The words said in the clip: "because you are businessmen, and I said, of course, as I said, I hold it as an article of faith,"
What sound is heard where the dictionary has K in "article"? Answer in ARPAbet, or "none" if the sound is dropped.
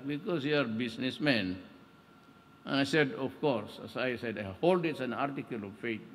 K